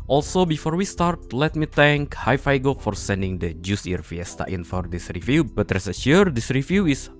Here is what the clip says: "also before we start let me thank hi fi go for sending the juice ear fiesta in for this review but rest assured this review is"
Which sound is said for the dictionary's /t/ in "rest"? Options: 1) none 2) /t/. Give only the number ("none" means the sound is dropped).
1